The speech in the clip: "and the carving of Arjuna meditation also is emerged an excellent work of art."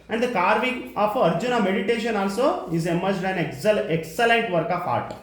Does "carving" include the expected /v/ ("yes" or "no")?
yes